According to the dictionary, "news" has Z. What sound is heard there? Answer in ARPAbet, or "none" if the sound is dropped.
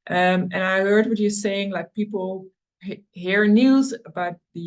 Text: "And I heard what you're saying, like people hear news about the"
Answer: Z